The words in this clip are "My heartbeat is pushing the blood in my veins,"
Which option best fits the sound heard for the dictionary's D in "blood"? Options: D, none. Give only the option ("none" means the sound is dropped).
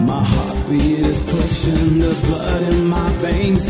D